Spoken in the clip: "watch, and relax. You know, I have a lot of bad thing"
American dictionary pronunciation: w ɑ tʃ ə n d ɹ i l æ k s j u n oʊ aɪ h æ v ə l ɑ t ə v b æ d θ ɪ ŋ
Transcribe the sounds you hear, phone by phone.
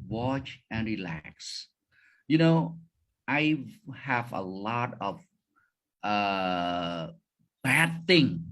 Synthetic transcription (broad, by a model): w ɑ tʃ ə n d ɹ i l æ k s j u n oʊ aɪ h æ v ə l ɑ t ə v b æ d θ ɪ ŋ